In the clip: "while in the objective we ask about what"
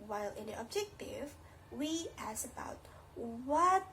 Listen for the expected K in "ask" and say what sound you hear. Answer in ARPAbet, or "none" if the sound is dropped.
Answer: none